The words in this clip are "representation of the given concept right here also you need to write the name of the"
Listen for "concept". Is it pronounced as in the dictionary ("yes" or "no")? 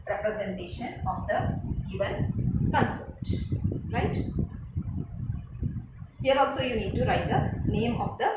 no